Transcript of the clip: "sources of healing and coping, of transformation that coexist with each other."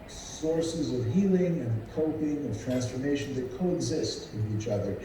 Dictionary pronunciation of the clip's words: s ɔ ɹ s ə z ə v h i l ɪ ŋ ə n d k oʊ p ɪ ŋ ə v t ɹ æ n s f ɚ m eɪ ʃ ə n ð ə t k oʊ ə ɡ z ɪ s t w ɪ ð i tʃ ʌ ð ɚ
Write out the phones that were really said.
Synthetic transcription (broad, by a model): s ɔ ɹ s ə z ə v h i l ɪ ŋ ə n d k oʊ p ɪ ŋ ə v t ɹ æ n s f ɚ m eɪ ʃ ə n ð ə t k oʊ ə ɡ z ɪ s t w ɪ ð i tʃ ʌ ð ɚ